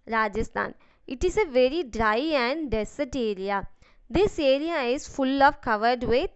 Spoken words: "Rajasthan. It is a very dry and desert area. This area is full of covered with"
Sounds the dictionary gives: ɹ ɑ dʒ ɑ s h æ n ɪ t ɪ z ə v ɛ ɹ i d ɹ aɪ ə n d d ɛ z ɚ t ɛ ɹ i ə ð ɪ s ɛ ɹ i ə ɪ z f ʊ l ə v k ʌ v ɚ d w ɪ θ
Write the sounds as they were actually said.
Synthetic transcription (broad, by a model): ɹ ɑ dʒ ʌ s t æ n ɪ t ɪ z ə v ɛ ɹ i d ɹ aɪ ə n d d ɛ s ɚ t ɛ ɹ i ə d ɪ s ɛ ɹ i ə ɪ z f ʊ l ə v k ʌ v ɚ d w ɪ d